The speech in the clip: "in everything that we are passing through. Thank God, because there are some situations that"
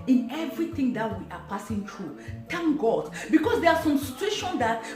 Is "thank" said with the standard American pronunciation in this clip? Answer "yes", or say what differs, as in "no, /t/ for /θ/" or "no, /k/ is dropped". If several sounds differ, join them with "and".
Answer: no, /t/ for /θ/